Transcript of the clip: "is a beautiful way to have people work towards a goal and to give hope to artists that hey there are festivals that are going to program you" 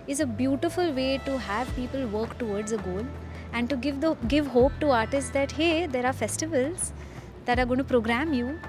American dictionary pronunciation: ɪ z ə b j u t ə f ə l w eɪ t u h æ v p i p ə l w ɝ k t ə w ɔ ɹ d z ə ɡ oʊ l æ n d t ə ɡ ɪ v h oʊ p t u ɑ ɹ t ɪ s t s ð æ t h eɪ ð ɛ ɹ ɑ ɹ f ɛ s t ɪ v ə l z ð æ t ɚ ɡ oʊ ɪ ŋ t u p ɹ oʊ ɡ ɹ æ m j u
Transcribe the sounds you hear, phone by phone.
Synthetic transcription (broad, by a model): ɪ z ə b j u t ə f ə l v eɪ t u h æ v p i p ə l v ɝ k t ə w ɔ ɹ d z ə ɡ oʊ l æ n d t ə ɡ ɪ v h oʊ p t u ɑ ɹ t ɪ s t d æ t h eɪ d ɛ ɹ ɑ ɹ f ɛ s t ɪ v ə l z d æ t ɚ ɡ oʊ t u p ɹ oʊ ɡ ɹ æ m j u